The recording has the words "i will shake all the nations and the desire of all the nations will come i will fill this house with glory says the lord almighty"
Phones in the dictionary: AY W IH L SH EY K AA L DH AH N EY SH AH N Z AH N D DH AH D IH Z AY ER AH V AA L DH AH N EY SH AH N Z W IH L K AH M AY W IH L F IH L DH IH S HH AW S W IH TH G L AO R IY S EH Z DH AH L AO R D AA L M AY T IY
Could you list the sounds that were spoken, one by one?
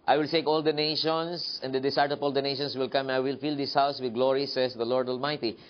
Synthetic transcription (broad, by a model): AY W IH L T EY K AA L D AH N EY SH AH N S AH N D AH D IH S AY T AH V AA L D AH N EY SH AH N S W IH L K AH M AY W IH L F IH L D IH S HH AW S W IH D G L AO R IY S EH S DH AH L AO R D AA L M AY T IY